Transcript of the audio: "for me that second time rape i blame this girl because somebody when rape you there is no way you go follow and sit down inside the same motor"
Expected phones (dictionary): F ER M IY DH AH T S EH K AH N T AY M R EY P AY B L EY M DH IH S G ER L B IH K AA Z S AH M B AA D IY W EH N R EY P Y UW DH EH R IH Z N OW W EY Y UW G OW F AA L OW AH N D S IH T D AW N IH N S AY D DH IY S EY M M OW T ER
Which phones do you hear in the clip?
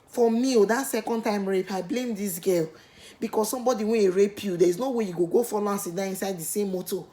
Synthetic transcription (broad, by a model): F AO M IY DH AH T S EH K AH N T AY M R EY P AY B L EY M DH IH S G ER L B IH K AA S S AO M B AA D IY W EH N R EY P Y UW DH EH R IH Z N OW W EY Y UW G OW F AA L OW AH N S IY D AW IH N S AY D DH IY S EY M M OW T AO